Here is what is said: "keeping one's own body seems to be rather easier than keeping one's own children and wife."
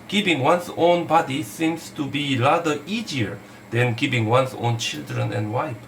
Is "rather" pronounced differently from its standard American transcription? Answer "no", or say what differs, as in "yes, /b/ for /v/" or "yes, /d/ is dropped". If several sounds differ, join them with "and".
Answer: yes, /l/ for /ɹ/